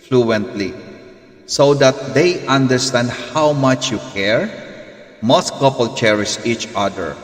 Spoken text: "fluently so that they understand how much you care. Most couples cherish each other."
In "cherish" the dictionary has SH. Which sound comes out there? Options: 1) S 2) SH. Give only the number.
1